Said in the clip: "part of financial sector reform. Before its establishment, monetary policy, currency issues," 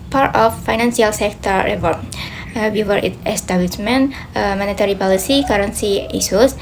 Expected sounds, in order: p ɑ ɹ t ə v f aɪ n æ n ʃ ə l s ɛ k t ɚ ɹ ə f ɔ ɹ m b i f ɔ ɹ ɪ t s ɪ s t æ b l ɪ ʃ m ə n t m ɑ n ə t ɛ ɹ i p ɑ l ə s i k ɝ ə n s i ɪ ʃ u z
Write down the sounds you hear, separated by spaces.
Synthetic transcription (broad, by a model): p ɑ ɹ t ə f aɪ n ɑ n s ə l s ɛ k t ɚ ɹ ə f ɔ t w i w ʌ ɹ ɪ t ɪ s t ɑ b l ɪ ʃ m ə n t m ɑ n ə t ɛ ɹ i p ɑ l ə s i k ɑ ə n s i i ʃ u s